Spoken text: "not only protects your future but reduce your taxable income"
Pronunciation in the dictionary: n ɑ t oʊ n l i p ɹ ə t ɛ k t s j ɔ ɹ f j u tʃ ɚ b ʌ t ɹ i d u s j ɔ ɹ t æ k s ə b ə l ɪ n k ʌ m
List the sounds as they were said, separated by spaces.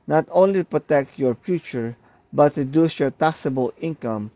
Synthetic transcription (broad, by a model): n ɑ t oʊ n l i p ɹ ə t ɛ k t j ɔ ɹ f j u tʃ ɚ b ʌ t ɹ i d u s j ɔ ɹ t æ k s ə b ə l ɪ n k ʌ m